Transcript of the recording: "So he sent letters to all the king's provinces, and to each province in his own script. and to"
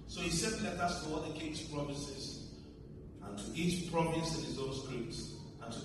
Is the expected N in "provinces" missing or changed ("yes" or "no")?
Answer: yes